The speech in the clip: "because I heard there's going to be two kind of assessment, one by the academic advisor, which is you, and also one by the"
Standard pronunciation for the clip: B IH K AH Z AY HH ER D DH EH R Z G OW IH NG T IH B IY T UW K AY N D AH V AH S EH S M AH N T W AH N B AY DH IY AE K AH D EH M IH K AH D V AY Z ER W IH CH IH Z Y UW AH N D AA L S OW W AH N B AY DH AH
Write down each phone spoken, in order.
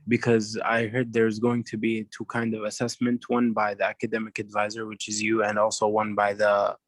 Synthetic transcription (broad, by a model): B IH K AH Z AY HH ER D DH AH R Z G OW IH NG T IH B IY T UW K AY N D AH V AH S EH S M AH N T W AH N B AY DH IY AE K AH D EH M IH K AH D V AY Z ER W IH CH IH Z Y UW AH N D AA L S OW W AH N B AY DH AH